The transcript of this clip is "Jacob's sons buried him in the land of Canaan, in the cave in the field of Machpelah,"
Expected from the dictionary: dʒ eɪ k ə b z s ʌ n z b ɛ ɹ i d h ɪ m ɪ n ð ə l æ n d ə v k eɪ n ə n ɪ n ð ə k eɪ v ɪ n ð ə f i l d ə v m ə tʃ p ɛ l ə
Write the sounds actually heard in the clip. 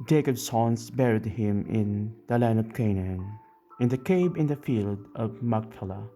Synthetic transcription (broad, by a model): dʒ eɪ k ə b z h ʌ n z b ɛ ɹ i d h ɪ m ɪ n ð ə l æ n d ə v k eɪ n ə n ɪ n ð ə k eɪ b ɪ n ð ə f i l d ə v m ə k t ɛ l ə